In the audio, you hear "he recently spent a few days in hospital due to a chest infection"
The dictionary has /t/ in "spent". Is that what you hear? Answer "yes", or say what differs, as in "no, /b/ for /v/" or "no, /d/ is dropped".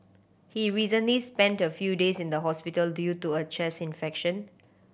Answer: yes